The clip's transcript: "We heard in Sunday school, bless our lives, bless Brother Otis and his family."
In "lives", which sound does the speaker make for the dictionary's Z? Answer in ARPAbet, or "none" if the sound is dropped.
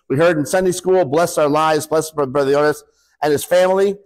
Z